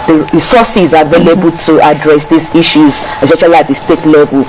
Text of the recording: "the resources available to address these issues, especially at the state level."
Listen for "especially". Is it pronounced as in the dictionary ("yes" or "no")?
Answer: no